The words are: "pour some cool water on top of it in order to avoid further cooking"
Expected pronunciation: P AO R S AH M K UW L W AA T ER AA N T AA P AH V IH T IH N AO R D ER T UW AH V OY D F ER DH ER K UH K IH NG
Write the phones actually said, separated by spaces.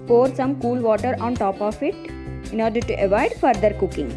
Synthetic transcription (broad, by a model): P AO R S AH M K UW L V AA T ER AA N T AA P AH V IH T IH N AO R D ER T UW AH V OY D F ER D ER K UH K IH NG